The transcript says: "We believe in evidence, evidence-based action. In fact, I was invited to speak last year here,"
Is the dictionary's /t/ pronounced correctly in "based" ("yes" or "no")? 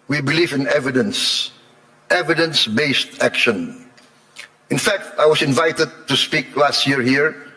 yes